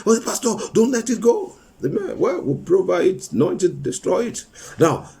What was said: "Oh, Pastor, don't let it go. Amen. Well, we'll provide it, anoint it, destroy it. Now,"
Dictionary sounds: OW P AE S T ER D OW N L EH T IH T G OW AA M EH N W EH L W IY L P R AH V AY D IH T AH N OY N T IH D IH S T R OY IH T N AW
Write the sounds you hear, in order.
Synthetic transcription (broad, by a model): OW P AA S T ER D OW N L EH T IH T G OW AA M EH N W EH L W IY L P R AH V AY IH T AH N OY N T IH D IH S T R OY IH T N AW